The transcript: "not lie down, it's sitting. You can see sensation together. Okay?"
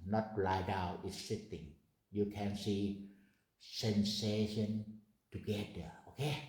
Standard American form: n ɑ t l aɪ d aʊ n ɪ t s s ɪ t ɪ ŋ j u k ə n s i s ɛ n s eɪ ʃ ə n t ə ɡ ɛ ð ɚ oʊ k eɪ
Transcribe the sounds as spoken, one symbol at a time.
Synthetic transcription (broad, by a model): n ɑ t l aɪ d aʊ ɪ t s s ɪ t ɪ ŋ j u k ə n s i s ɛ n s eɪ ʃ ə n t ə ɡ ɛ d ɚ oʊ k eɪ